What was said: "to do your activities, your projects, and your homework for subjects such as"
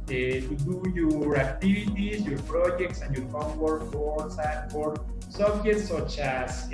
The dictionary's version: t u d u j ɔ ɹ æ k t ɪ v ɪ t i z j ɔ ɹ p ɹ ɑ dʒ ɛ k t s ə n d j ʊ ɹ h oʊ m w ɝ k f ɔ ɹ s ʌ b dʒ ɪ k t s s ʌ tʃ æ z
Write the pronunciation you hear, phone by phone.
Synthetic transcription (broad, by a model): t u d u j ɔ ɹ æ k t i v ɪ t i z j ɔ ɹ p ɹ ɑ dʒ ɛ k t s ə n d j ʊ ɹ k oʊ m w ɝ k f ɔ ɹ s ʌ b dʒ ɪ t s s ʌ tʃ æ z